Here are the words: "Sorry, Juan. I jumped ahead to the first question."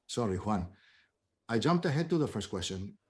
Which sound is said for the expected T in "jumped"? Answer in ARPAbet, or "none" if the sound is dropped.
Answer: T